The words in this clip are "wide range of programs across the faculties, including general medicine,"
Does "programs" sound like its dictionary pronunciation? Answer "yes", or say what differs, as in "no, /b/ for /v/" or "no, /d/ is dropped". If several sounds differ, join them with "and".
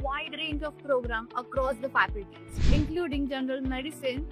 no, /z/ is dropped